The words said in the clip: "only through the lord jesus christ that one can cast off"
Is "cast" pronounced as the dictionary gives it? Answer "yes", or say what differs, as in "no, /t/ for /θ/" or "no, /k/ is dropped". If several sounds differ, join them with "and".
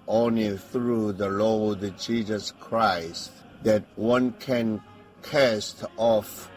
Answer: yes